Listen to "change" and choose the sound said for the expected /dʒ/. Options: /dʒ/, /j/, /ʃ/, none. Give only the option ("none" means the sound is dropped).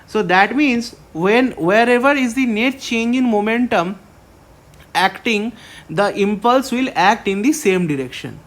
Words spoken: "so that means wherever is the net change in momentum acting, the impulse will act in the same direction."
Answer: /dʒ/